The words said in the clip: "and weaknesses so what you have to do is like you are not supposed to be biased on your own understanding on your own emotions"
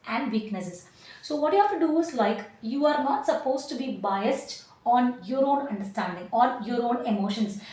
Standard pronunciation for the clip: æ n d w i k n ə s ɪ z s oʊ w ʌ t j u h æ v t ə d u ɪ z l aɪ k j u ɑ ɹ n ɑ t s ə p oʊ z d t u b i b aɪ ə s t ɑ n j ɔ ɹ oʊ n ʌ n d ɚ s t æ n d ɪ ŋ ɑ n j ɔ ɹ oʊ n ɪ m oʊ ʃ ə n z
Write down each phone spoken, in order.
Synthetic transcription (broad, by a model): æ n d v i k n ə s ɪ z s oʊ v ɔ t j u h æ f t ə d u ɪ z l aɪ k j u ɑ ɹ n ɑ t s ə p oʊ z t u b i b aɪ ə s t ɑ n j ɔ ɹ oʊ n ʌ n d ɚ s t æ n d ɪ ŋ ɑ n j ɔ ɹ oʊ n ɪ m oʊ ʃ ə n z